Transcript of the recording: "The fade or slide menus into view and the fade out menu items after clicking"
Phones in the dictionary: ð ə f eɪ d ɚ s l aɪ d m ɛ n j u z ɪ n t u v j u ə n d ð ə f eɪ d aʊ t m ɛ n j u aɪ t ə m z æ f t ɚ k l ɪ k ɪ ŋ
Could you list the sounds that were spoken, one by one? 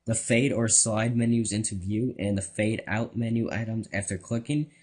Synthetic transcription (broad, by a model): ð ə f eɪ d ɚ s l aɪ d m ɛ n j u z ɪ n t u v j u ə n ð ə f eɪ d aʊ t m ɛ n j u aɪ t ə m z æ f t ɚ k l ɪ k ɪ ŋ